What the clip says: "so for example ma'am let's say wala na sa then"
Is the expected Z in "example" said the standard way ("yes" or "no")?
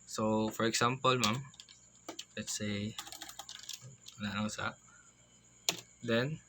no